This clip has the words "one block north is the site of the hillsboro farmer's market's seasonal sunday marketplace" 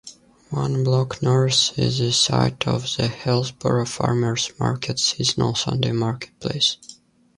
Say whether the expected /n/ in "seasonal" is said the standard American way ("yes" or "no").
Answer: yes